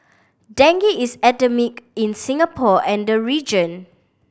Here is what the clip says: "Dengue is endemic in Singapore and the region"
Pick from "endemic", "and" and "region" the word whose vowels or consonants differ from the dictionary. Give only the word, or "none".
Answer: endemic